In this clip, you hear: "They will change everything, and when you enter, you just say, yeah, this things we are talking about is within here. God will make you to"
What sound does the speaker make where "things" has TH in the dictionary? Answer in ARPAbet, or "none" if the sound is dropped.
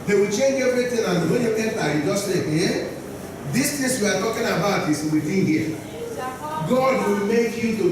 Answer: T